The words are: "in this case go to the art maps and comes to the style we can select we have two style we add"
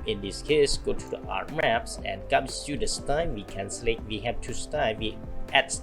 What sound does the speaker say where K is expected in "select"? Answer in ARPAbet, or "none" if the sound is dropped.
none